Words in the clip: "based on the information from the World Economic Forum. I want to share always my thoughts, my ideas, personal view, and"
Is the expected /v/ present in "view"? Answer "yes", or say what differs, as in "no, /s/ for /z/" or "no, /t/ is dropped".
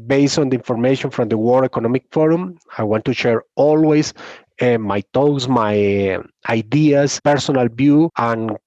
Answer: no, /b/ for /v/